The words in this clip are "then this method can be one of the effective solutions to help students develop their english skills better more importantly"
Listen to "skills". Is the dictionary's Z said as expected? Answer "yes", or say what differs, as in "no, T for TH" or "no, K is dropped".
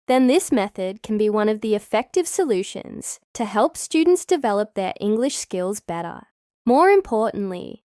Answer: yes